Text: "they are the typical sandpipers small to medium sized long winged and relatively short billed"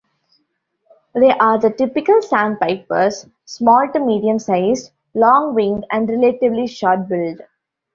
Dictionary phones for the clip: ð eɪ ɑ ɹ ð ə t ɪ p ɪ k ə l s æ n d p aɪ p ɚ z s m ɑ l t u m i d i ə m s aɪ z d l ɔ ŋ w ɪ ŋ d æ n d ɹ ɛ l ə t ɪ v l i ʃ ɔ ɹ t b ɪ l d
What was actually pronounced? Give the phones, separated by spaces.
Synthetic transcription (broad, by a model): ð eɪ ɑ ɹ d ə t ɪ p ɪ k ə l s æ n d p aɪ p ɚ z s m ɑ l t u m i d i ə m s aɪ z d l ɔ ŋ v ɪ ŋ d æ n d ɹ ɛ l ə t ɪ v l i ʃ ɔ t b ɪ l d